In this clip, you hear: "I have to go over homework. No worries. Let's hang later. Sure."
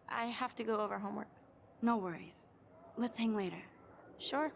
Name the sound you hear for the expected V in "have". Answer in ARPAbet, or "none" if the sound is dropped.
F